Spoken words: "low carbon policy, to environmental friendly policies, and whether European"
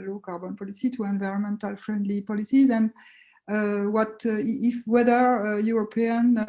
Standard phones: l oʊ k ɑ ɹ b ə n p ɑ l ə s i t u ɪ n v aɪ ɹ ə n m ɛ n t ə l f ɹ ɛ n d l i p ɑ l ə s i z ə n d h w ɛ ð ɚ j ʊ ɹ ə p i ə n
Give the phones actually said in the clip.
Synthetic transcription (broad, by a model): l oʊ k ɑ ɹ b ə n p ɑ l ə s i t u ɪ n v aɪ ɹ ə n m ɛ n t ə l f ɹ ɛ n d l i p ɑ l ə s i z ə n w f w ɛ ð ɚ j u ɹ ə p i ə n